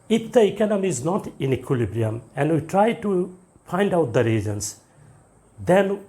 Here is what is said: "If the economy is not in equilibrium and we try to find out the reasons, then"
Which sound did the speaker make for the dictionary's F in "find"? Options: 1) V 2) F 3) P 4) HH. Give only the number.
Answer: 3